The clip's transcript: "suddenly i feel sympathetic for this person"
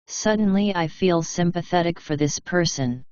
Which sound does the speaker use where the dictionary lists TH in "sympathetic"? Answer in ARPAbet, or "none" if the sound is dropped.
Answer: TH